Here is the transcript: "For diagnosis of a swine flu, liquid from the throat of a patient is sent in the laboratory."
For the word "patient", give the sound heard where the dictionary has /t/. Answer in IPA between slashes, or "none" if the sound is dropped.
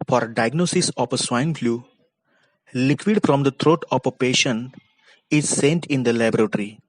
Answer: none